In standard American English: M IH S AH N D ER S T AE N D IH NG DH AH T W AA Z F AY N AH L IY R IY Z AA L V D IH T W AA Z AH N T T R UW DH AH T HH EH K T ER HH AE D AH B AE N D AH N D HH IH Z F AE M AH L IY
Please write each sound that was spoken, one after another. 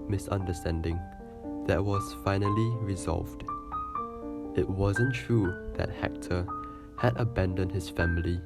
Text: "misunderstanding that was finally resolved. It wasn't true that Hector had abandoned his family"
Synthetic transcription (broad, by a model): M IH S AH N D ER S T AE N D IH NG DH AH T W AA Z F AY N AH L IY R IY Z AA L V D IH T W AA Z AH N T T R UW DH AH T HH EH K T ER HH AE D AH B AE N D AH N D HH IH S F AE M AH L IY